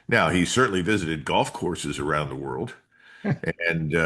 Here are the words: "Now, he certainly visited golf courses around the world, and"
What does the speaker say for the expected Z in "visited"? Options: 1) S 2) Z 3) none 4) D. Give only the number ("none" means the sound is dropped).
2